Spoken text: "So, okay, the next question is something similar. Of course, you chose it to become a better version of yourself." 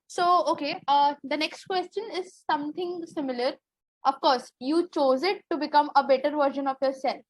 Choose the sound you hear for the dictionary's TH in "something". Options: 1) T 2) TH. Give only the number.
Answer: 1